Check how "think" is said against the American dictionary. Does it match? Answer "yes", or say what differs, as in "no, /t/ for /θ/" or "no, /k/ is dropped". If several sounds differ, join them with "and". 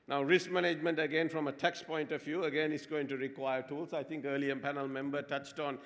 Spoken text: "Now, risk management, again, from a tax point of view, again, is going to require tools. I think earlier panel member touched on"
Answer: no, /t/ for /θ/